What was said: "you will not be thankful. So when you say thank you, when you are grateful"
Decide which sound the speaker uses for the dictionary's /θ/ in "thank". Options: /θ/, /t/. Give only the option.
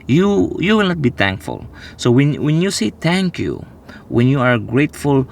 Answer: /t/